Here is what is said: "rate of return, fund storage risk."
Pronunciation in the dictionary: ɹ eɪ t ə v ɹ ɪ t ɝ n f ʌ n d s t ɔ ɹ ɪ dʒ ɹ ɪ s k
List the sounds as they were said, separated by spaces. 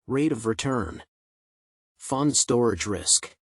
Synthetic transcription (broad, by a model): ɹ eɪ t ə v ɹ ɪ t ɝ n f ʌ n d s t ɔ ɹ ɪ dʒ ɹ ɪ s k